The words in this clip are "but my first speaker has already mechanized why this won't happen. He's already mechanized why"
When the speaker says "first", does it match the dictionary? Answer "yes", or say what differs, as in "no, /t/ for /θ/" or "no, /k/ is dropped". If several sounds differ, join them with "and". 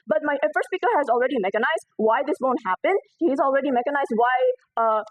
no, /s/ is dropped